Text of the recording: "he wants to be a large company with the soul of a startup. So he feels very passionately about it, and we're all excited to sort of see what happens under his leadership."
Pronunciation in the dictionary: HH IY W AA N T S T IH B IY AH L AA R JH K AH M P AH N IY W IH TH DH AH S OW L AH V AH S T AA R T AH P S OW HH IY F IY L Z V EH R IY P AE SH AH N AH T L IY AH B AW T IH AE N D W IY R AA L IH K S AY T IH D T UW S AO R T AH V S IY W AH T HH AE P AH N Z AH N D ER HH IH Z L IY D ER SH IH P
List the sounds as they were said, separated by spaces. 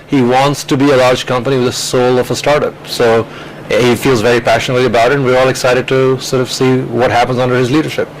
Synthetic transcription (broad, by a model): HH IY W AA N T S T IH B IY AH L AA R JH K AH M P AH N IY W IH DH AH S OW L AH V AH S T AA R T AH P S OW HH IY F IY L Z V EH R IY P AE SH AH N AH T L IY AH B AW T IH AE N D W IY R AA L IH K S AY T IH D T UW S AO R T AH V S IY W AH T HH AE P AH N Z AH N D ER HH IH Z L IY D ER SH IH P